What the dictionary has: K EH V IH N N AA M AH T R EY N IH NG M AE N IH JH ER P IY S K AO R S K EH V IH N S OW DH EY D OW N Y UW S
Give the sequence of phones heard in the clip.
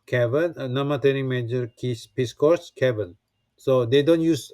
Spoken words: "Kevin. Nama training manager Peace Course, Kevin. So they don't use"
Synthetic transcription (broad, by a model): K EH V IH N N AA M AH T EY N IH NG M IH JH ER P IY S K AO R S K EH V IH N S OW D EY D OW N Y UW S